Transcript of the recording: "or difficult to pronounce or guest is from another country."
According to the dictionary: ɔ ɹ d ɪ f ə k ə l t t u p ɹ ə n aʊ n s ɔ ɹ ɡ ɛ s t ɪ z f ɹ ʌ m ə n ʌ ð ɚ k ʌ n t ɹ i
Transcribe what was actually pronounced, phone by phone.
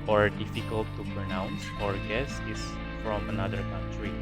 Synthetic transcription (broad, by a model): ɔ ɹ d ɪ f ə k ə l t t u p ɹ ə n aʊ n s ɔ ɹ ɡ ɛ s ɪ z f ɹ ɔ m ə n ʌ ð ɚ k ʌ n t ɹ i